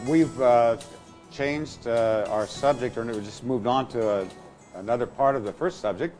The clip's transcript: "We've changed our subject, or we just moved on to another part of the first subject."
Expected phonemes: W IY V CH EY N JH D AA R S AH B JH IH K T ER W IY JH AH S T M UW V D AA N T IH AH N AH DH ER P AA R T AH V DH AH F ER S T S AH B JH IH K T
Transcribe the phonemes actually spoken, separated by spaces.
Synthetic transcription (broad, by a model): W IY V CH EY N JH D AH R S AH B JH IH K T ER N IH JH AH S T M UW V D N T IH AH N AH DH ER P AA R T AH V DH AH F ER S T S AH B JH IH K T